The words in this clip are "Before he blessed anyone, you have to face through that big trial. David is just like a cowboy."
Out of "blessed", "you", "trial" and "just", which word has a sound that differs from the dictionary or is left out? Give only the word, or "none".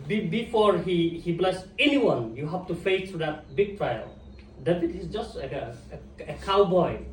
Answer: blessed